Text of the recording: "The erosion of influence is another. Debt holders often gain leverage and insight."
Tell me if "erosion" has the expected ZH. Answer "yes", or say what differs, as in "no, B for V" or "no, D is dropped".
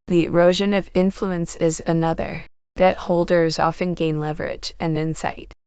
yes